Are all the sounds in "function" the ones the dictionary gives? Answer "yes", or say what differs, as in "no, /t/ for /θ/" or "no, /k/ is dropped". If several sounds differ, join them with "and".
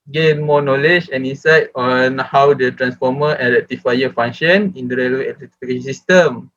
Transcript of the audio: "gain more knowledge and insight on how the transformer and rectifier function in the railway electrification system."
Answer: no, /k/ is dropped